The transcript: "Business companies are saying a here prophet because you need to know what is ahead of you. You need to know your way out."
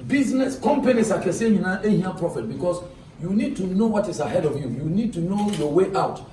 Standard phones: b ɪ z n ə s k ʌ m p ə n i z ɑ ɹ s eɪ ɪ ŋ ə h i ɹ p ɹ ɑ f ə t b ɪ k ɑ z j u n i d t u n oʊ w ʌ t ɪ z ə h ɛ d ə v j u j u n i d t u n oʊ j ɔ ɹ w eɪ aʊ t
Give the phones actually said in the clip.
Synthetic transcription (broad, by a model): b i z n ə s k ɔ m p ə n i s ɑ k s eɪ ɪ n ə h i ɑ p ɹ ɑ f ə t b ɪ k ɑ s j u n i d t u n oʊ w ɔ t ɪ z ə h ɛ d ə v j u j u n i d t u n oʊ j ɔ w eɪ aʊ t